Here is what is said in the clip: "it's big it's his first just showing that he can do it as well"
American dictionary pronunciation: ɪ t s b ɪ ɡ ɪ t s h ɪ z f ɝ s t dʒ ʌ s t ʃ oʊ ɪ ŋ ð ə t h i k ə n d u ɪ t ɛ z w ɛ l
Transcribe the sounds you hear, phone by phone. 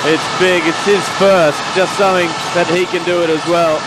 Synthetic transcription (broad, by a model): ɪ t s b ɪ ɡ ɪ t s h ɪ z f ɝ s t dʒ ʌ s t s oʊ ɪ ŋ ð ə t h i k ə n d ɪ ɪ t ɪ z w ɛ l